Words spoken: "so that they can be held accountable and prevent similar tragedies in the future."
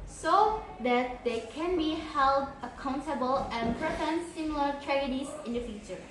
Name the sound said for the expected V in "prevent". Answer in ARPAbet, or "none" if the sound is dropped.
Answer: F